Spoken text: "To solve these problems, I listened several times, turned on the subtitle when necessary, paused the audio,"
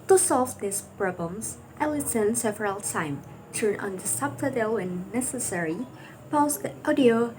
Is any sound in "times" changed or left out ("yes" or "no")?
yes